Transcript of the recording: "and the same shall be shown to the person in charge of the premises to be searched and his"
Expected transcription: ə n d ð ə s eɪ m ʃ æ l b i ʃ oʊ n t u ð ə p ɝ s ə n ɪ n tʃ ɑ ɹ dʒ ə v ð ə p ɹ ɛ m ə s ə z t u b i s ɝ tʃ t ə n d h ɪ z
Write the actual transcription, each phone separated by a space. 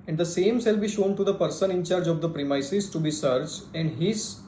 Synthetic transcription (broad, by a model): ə n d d ə s eɪ m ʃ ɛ l b i ʃ oʊ n t u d ə p ɝ s ə n ɪ n tʃ ɑ ɹ dʒ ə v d ə p ɹ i m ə s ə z t u b i s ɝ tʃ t ə n d h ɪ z